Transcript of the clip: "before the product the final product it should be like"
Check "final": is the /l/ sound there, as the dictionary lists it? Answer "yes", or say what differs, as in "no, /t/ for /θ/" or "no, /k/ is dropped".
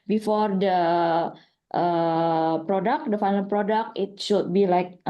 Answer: no, /n/ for /l/